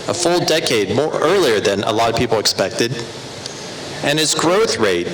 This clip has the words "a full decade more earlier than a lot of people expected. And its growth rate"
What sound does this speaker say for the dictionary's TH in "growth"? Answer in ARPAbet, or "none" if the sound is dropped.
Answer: TH